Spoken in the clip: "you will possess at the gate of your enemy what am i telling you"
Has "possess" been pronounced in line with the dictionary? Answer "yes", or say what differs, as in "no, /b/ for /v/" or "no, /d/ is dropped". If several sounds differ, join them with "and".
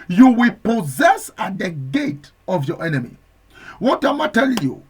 yes